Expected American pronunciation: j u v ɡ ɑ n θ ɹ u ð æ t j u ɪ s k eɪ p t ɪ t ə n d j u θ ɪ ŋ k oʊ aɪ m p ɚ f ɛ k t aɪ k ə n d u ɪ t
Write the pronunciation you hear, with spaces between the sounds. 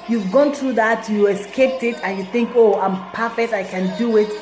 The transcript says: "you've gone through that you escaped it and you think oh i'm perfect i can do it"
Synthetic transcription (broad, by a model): j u v ɡ ɑ n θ ɹ u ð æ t j u ɪ s k eɪ p t ɪ t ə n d j u θ ɪ ŋ k oʊ aɪ m p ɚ f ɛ k t aɪ k ə n d u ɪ t